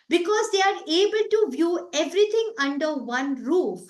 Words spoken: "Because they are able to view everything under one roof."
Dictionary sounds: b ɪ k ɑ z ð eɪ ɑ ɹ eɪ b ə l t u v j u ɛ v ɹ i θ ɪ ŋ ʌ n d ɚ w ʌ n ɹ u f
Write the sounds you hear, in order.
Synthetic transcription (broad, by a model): b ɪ k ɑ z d eɪ ɑ ɹ eɪ b ə l t u v j u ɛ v ɹ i t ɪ ŋ ʌ n d ɚ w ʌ n ɹ u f